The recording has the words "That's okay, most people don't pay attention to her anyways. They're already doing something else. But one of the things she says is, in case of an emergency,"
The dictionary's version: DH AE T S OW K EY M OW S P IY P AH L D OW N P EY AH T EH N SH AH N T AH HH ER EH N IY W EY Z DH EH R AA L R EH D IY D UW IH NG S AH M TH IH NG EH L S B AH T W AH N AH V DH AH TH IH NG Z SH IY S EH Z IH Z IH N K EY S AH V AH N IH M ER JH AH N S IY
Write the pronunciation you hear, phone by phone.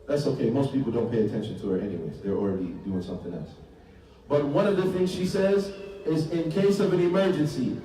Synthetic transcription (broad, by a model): DH AE T S OW K EY M OW S P IY P L D OW N P EY AH T EH N SH AH N T AH ER EH N IY W EY Z DH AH R L R EH D IY D UW IH NG S AH M TH IH NG EH L S B AH T W AH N AH V DH AH TH IH NG Z SH IY S EH Z IH Z IH N K EY S AH V AH N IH M ER JH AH N S IY